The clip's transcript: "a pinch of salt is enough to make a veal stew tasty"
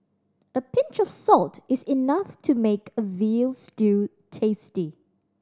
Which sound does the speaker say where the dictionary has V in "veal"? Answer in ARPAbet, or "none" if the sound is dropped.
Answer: V